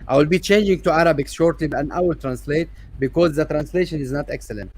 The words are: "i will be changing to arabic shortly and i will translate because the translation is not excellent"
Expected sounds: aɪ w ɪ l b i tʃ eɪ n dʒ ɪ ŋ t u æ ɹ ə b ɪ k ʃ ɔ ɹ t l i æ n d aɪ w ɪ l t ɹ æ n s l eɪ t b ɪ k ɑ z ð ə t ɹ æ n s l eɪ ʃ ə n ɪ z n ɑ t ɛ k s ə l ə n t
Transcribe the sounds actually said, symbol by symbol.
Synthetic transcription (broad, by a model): aɪ w ɪ l b i tʃ eɪ n dʒ ɪ ŋ t u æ ɹ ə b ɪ k ʃ ɔ ɹ t l i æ n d aɪ w ɪ l t ɹ æ n s l eɪ t b ɪ k ɑ z ð ə t ɹ æ n s l eɪ ʃ ə n ɪ z n ɑ t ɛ k s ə l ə n t